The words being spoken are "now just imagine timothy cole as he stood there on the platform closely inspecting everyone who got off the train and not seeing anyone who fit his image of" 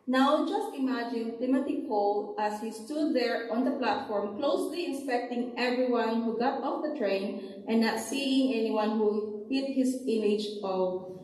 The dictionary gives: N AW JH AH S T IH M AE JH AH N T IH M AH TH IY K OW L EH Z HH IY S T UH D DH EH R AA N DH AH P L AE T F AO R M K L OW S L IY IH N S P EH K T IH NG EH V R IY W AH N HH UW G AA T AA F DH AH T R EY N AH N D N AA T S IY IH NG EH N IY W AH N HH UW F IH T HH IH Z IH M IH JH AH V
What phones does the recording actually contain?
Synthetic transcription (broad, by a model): N AW JH AH S T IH M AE JH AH N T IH M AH T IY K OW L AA S HH IY S T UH D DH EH R AA N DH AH P L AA T F AO R M K L OW S L IY IH N S P EH K T IH NG EH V R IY W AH N HH UW G AA T AA F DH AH T R EY AH N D N AA T S IY IH NG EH N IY W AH N HH UW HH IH T HH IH S IH M IH JH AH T